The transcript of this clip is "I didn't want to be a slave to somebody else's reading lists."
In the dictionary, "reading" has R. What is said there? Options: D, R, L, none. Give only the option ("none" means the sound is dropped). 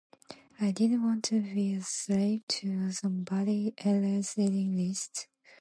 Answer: L